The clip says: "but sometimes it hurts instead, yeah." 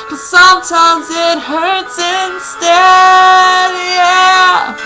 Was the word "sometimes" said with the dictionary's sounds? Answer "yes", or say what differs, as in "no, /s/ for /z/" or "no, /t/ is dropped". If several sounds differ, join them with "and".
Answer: yes